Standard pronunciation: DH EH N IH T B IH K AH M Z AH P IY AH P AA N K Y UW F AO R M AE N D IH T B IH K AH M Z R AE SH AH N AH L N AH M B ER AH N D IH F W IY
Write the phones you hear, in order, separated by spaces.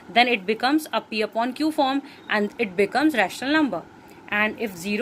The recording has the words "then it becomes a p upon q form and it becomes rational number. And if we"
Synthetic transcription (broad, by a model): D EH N IH T B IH K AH M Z AH P IY AH P AA N K Y UW F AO R M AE N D IH T B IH K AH M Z R AE SH AH N AH L N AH M B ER AH N D IH F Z IY